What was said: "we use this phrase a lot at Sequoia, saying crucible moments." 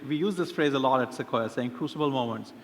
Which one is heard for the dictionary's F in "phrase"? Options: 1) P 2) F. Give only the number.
2